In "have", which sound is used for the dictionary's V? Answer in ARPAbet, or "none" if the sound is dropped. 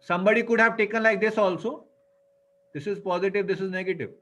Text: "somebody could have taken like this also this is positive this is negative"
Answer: V